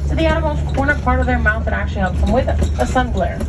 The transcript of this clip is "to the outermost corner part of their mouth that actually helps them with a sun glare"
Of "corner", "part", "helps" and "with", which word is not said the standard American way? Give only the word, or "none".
helps